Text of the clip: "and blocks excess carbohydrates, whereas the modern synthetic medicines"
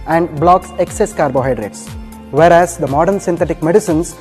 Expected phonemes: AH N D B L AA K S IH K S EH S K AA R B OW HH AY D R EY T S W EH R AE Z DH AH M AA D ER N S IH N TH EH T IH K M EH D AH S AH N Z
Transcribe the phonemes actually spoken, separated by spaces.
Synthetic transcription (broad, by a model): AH N D B L AA K S IH K S EH S K AA R B OW HH AY D R EY T S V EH R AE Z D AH M AA D ER N S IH N T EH T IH K M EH D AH S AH N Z